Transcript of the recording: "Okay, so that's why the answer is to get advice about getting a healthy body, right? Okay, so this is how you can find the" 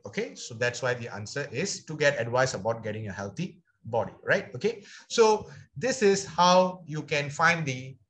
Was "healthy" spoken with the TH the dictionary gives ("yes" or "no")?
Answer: no